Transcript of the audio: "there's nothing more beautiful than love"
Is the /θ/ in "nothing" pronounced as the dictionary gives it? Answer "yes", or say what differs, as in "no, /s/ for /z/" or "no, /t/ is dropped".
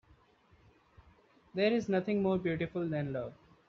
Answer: no, /t/ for /θ/